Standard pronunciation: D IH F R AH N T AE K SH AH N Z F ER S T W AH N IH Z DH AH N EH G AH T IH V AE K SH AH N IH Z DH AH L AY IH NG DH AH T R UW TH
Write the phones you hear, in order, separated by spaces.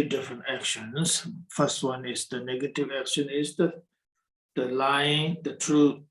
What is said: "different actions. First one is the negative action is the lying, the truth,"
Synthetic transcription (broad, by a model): D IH F R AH N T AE K SH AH N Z F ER S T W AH N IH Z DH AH N EH G AH T IH V AE K SH AH N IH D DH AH L AY IH NG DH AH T R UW